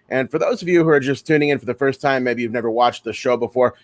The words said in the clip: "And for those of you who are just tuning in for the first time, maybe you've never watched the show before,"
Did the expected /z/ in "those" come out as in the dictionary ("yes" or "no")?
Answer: yes